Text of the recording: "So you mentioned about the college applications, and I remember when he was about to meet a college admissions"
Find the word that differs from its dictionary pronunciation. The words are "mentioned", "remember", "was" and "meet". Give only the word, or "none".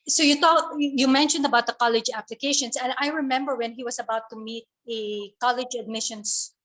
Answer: was